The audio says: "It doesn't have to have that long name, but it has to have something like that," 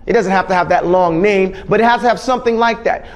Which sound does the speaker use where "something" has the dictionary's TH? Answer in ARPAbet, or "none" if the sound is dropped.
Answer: TH